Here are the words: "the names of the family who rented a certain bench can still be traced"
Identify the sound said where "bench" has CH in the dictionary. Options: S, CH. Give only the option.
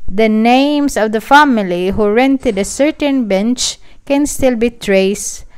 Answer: CH